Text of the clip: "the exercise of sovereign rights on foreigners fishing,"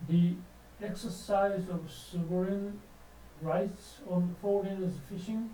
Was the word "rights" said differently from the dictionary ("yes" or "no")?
no